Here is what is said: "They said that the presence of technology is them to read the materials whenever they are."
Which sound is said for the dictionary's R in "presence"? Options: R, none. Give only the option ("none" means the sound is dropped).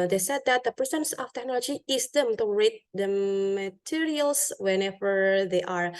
none